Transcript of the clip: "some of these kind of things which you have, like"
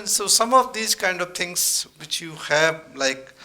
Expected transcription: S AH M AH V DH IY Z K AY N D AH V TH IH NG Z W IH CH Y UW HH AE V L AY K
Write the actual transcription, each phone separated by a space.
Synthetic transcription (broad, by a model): S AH M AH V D IY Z K AY N D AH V T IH NG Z W IH CH Y UW HH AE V L AY K